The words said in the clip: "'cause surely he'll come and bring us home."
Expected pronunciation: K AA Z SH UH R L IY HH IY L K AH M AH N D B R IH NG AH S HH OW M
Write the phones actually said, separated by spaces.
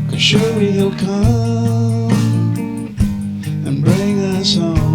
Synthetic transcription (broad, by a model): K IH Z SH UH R W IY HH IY L K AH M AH N B R IH NG AH S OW